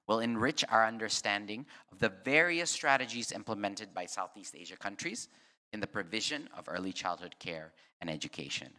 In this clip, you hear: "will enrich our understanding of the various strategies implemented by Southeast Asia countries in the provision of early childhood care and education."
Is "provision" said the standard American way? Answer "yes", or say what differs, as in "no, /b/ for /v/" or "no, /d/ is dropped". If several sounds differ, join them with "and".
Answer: yes